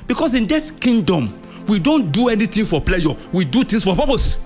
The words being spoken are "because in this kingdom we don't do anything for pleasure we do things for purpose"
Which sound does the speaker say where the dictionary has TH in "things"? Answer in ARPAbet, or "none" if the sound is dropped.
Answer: T